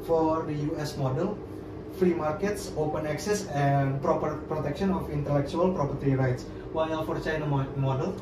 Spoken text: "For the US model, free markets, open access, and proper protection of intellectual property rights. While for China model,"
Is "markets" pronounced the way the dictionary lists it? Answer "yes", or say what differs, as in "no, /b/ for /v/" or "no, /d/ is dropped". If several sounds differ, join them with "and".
yes